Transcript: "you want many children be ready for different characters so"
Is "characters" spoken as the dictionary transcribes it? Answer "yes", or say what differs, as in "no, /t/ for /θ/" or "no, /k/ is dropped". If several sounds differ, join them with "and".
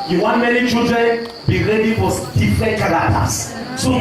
no, /l/ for /ɹ/